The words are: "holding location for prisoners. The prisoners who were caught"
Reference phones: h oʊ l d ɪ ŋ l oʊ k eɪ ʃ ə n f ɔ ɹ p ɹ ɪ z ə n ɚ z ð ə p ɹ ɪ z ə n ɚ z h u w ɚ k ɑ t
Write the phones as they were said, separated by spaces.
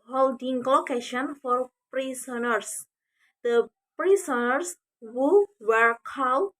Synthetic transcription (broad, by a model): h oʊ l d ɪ ŋ l oʊ k eɪ ʃ ə n f ɔ ɹ p ɹ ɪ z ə n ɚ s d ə p ɹ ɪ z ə n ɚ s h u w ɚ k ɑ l